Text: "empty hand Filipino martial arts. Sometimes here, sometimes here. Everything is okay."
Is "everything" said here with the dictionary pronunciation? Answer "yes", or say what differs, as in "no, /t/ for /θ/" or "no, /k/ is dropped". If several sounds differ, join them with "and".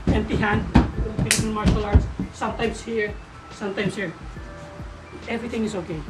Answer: no, /t/ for /θ/